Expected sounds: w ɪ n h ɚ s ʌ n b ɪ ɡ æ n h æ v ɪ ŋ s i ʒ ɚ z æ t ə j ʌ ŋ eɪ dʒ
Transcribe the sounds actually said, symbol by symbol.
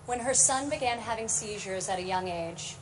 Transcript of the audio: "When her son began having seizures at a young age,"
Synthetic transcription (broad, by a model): w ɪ n ɚ s ʌ n b ɪ ɡ æ n h æ v ɪ ŋ s i ʒ ɚ z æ t ə j ʌ ŋ eɪ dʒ